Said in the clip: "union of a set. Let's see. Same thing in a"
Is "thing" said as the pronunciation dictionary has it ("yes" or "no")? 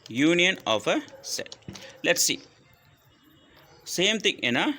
no